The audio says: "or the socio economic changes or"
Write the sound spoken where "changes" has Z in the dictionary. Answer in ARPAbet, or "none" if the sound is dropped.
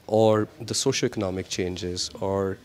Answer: Z